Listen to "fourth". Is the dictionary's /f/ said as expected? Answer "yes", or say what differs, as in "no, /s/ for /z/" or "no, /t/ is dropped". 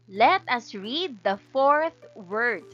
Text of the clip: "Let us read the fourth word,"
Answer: yes